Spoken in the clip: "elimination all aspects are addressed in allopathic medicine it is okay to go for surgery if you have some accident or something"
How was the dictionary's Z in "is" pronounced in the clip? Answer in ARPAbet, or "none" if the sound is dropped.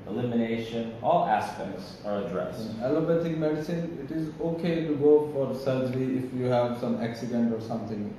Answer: Z